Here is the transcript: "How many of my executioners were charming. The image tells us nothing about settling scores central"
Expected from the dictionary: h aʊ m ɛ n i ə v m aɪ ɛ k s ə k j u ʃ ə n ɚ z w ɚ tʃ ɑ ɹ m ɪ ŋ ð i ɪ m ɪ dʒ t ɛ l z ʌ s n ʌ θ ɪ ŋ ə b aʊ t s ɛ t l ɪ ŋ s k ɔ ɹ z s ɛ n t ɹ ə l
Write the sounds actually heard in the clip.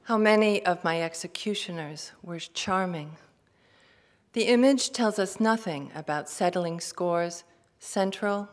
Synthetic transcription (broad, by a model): h aʊ m ɛ n i ə v m aɪ ɛ k s ə k j u ʃ ə n ɚ z w ɚ tʃ ɑ ɹ m ɪ ŋ ð i ɪ m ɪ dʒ t ɛ l z ʌ s n ʌ θ ɪ ŋ ə b aʊ t s ɛ t l ɪ ŋ s k ɔ ɹ z s ɛ n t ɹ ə l